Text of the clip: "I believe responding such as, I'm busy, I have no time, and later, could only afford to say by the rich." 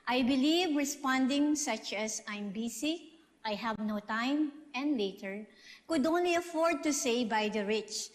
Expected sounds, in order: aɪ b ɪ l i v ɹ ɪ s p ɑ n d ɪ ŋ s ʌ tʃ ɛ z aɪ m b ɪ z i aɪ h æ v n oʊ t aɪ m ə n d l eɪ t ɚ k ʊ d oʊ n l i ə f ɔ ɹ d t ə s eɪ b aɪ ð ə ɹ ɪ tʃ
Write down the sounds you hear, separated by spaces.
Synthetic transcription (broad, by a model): aɪ b ɪ l i v ɹ ɪ s p ɑ n d ɪ ŋ s ʌ tʃ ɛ s aɪ m b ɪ s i aɪ h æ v n oʊ t aɪ m ə n d l eɪ t ɚ k ʊ d oʊ n l i ə f ɔ ɹ d t ə s eɪ b aɪ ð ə ɹ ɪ tʃ